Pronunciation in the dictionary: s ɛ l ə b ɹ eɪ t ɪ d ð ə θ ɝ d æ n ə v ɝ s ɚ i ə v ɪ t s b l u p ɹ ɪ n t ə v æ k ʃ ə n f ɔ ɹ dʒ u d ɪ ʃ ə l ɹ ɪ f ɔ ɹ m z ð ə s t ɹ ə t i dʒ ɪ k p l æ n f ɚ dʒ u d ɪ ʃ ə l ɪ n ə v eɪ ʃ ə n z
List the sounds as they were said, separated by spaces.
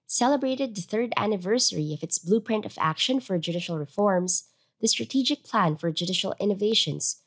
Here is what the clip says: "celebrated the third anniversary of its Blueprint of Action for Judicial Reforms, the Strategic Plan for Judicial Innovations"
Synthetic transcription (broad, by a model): s ɛ l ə b ɹ eɪ t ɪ d ð ə θ ɝ d æ n ə v ɝ s ɚ i ə v ɪ t s b l u p ɹ ɪ n t ə v æ k ʃ ə n f ɔ ɹ dʒ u d ɪ ʃ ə l ɹ ɪ f ɔ ɹ m z ð ə s t ɹ ə t i dʒ ɪ k p l æ n f ɚ dʒ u d ɪ ʃ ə l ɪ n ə v eɪ ʃ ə n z